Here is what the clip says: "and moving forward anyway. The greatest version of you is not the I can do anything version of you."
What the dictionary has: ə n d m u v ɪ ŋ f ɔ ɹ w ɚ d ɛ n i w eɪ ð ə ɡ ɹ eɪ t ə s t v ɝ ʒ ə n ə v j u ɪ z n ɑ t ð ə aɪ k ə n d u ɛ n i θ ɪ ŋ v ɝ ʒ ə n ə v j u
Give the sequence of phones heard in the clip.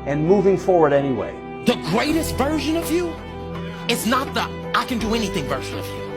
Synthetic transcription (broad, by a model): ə n m u v ɪ ŋ f ɔ ɹ w ɚ d ɛ n i w eɪ ð ə ɡ ɹ eɪ t ə s t v ɝ ʒ ə n ə v j u ɪ z n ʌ t ð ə aɪ k ə n d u ɛ n i θ ɪ ŋ v ɝ ʒ ə n ə v j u